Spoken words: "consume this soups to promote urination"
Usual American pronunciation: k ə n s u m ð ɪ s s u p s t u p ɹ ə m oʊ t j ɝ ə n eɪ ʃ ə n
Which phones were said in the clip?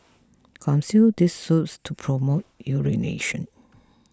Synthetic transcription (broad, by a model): k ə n s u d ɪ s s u s t u p ɹ ə m oʊ t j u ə n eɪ ʃ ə n